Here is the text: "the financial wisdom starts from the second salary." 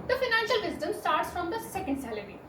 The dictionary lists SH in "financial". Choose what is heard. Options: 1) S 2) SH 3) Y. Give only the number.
2